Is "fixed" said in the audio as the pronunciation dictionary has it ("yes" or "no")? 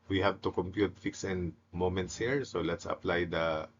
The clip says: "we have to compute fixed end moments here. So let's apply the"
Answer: no